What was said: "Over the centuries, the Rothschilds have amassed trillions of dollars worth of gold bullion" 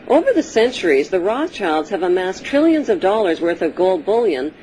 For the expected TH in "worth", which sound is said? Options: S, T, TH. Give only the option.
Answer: TH